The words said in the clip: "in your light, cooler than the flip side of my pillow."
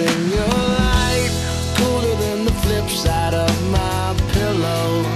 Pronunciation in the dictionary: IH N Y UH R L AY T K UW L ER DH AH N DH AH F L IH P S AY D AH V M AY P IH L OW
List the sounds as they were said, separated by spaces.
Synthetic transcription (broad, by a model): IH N Y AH R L AY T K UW L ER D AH N DH AH F L IH P S AY D AH V M AY P IH L OW